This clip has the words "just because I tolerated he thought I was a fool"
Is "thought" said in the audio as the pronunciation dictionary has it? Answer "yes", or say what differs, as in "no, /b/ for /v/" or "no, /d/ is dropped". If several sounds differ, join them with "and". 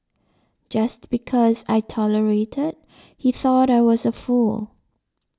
yes